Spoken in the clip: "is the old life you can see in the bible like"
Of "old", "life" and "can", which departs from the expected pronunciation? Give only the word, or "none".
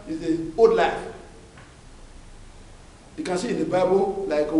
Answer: old